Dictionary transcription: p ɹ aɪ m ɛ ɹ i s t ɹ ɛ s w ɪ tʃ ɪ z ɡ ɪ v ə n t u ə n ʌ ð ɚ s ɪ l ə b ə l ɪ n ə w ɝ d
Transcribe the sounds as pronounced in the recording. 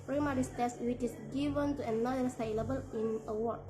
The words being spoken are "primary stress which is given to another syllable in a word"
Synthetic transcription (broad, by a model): p ɹ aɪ m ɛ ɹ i s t ɛ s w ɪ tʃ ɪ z ɡ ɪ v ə n t u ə n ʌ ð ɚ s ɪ l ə b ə l ɪ n ə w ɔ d